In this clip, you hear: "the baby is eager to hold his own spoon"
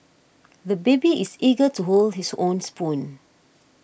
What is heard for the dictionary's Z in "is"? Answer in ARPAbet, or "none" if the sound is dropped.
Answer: S